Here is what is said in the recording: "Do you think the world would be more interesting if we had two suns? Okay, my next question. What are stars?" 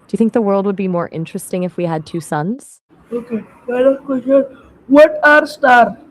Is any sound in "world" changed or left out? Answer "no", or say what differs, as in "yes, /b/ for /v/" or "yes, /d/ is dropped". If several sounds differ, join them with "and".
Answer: no